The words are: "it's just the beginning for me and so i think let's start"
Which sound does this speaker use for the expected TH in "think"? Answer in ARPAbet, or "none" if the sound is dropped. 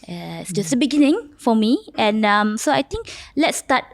T